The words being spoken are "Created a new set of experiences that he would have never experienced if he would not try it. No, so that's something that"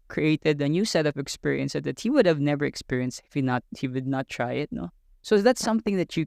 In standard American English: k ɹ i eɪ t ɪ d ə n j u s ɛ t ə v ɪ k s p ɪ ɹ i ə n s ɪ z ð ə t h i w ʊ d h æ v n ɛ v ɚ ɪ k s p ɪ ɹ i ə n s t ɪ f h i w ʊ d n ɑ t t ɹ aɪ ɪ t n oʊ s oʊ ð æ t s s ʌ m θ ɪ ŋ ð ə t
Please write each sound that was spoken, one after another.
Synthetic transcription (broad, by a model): k ɹ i eɪ t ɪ d ə n j u s ɛ t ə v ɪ k s p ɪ ɹ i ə n s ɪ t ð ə t h i w ʊ d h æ v n ɛ v ɚ ɪ k s p ɪ ɹ i ə n s t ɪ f h i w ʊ d n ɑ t t ɹ aɪ ɪ t n oʊ s oʊ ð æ t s s ʌ m θ ɪ ŋ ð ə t